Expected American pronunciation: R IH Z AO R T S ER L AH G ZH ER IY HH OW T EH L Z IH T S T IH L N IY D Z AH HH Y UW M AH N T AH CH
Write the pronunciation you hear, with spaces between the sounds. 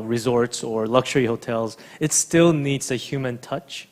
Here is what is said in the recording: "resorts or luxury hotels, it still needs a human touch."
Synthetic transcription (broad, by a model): R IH Z AO R T S ER L AH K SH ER IY HH OW T EH L Z IH T S T IH L N IY D Z AH HH Y UW M AH N T AH CH